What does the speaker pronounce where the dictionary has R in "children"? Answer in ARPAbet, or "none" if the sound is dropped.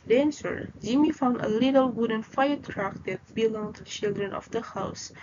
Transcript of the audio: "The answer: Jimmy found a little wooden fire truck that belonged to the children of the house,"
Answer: R